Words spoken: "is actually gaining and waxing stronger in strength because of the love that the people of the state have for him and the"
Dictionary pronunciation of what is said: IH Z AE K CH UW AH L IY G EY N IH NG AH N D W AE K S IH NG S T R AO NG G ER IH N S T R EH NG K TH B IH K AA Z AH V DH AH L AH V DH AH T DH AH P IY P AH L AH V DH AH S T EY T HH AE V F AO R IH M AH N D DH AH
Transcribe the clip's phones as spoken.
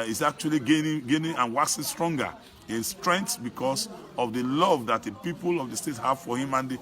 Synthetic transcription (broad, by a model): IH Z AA K CH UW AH L IY G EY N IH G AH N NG W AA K S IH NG S T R AO NG G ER IH N S T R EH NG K S B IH K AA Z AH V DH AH L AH V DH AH T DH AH P IY P AH L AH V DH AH S T EY T HH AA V F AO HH IH M AH N D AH